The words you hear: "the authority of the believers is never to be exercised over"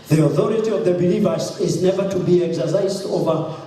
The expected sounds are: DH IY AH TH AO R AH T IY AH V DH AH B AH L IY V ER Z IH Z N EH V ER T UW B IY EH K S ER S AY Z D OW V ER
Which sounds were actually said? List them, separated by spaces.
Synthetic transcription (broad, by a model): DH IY AH TH AO R AH T IY AH V DH AH B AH L IY V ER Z IH Z N EH V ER T UW B IY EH K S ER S AY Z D OW V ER